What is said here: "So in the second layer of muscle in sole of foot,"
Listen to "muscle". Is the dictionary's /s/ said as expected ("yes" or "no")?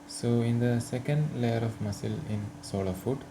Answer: yes